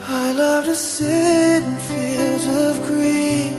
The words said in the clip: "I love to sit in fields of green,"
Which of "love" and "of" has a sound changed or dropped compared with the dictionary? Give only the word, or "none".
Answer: none